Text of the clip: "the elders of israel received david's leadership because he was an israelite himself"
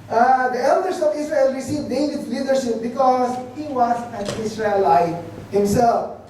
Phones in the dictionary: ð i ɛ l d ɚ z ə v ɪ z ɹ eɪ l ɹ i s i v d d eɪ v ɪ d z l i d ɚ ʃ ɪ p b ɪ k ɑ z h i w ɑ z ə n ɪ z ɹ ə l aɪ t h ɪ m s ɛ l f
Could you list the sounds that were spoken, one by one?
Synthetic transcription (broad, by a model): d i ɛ l d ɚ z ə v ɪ s ɹ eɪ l ɹ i s i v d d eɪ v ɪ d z l i d ɚ ʃ ɪ p b ɪ k ɑ z h i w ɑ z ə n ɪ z ɹ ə l aɪ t h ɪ m s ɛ l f